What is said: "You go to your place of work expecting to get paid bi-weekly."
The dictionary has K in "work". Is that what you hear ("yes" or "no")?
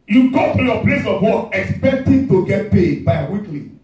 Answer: no